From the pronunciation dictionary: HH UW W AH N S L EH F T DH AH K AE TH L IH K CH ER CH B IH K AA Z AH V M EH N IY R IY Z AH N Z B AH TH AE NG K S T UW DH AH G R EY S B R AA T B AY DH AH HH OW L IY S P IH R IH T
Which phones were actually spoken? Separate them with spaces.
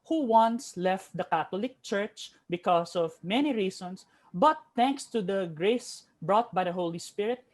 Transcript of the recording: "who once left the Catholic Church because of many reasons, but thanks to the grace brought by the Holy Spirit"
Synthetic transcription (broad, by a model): HH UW W AH N S L EH F T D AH K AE T L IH K CH ER CH B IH K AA S AH V M EH N IY R IY S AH N S B AH T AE NG K S T UW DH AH G R EY S B R AA T B AY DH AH HH OW L IY S P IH R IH T